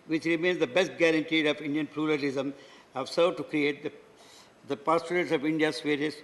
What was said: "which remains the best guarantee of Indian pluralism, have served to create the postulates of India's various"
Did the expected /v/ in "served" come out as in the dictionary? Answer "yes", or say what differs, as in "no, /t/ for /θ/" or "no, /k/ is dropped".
no, /v/ is dropped